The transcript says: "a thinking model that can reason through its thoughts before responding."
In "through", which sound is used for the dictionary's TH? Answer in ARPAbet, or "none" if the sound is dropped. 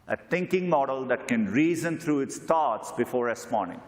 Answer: T